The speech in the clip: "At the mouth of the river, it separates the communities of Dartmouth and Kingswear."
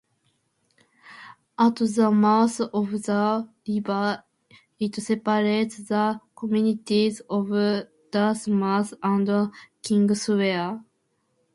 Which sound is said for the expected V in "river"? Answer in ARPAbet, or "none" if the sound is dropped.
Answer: B